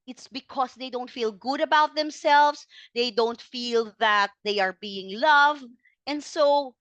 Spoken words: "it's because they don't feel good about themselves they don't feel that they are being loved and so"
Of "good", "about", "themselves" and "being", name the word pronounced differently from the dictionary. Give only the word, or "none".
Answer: themselves